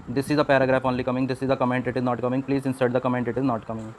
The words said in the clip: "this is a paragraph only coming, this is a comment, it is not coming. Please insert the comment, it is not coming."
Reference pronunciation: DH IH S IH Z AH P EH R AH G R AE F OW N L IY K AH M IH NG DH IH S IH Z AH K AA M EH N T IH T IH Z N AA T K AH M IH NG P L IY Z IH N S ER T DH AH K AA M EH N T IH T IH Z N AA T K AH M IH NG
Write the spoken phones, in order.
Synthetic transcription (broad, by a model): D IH S IH Z AH P EH R AH G R AE F OW N L IY K AH M IH NG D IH S IH Z AH K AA M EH N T IH T IH Z N AA T K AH M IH NG P L IY Z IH N S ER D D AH K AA M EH N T IH T IH Z N AA T K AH M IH NG